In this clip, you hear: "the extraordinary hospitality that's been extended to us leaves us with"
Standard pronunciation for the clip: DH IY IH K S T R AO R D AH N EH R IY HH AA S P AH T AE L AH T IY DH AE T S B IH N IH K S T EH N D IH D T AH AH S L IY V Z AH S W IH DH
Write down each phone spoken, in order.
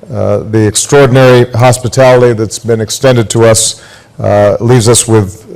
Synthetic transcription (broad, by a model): DH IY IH K S T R AO R D N EH R IY HH AA S P AH T AE L AH T IY DH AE T S B IH N IH K S T EH N D IH D T AH AH S L IY V Z AH S W IH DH